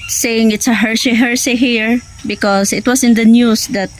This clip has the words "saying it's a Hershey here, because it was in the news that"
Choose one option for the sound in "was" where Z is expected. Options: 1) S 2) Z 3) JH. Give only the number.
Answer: 1